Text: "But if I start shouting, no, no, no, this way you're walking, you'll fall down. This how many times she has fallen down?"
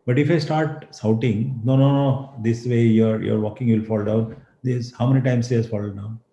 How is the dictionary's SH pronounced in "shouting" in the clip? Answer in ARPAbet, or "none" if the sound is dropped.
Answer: S